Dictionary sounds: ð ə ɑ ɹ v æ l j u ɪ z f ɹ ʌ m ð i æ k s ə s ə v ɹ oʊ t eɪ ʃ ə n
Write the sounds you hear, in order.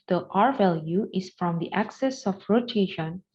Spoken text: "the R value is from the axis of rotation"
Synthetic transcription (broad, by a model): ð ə ɑ ɹ v æ l j u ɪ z f ɹ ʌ m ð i æ k s ə s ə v ɹ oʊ t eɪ ʃ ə n